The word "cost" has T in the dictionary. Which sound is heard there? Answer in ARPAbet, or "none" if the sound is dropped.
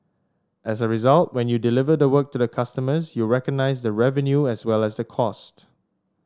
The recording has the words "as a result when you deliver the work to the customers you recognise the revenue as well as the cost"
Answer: T